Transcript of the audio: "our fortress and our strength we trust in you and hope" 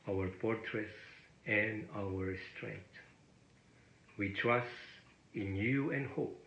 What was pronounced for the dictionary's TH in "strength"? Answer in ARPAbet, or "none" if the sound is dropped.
T